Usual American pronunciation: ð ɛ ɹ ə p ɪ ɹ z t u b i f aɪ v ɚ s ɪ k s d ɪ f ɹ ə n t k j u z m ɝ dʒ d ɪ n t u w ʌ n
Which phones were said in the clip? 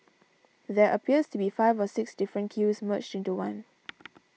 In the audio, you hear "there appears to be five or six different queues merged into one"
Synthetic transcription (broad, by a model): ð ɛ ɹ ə p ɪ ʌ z t u b i f aɪ v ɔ s ɪ k s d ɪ f ɹ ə n k j u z m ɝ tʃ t ɪ n t u w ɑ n